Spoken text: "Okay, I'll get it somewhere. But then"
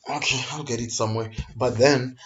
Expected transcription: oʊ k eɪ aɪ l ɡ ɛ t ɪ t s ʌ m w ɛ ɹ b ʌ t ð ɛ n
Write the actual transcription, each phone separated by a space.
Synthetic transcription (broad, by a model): oʊ k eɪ aɪ l ɡ ɛ t ɪ t s ʌ m w ɛ ɹ b ʌ t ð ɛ n